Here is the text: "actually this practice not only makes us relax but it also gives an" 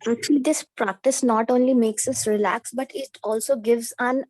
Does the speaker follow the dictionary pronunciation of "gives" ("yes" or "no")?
yes